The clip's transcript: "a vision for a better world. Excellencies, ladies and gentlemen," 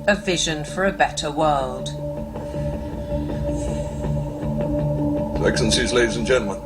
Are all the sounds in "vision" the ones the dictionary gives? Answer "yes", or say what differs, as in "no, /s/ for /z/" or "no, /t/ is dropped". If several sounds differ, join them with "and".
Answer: yes